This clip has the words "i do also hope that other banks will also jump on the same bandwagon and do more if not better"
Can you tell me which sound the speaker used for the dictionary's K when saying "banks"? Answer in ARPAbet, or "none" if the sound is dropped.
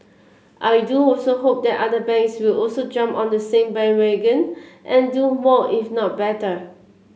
none